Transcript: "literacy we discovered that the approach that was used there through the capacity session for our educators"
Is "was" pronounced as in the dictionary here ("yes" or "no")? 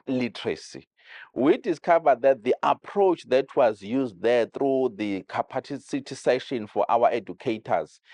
yes